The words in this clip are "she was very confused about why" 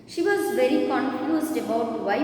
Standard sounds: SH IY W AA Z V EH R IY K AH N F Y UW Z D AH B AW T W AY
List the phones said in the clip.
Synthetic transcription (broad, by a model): SH IY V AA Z V EH R IY K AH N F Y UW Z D AH B AW T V AY